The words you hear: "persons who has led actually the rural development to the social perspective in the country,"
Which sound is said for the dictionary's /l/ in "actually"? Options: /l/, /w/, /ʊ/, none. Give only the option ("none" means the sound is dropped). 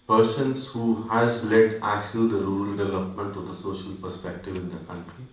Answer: none